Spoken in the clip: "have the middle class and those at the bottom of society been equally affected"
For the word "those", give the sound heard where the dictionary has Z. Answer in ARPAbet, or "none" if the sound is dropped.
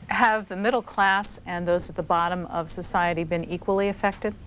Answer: Z